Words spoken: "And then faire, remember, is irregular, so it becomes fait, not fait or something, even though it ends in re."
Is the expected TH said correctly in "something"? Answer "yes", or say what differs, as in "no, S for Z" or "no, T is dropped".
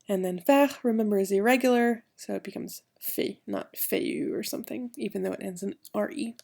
yes